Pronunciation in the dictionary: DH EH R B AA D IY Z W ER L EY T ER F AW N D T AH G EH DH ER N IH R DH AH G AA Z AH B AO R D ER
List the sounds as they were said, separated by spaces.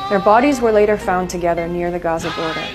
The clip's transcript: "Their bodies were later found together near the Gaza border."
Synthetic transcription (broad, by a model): DH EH R B AA D IY Z W ER L EY T ER F AW N T AH G EH DH ER N IH R DH AH G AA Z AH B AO R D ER